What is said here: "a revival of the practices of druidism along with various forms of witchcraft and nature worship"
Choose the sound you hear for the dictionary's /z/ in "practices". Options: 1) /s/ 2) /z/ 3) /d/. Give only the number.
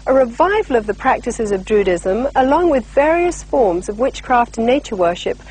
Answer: 2